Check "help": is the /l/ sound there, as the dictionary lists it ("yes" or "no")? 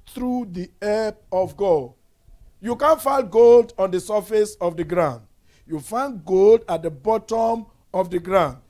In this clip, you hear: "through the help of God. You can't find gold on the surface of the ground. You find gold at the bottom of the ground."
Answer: no